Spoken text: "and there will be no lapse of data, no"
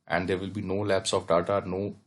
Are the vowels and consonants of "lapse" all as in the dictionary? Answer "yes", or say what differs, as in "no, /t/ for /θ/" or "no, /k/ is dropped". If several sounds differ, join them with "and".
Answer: yes